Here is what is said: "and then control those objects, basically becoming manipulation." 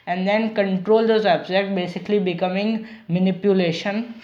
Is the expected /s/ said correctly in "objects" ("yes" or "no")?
no